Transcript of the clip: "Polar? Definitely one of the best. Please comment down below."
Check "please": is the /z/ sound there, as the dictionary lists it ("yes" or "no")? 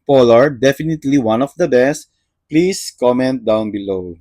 no